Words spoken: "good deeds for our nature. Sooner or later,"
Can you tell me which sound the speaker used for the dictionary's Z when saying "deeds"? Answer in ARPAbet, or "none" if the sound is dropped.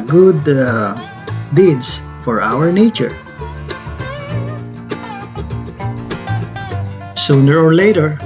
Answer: S